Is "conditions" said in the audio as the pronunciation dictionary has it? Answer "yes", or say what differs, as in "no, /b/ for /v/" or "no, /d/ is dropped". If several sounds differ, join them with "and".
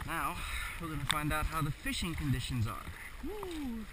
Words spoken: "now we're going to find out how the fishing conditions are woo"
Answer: yes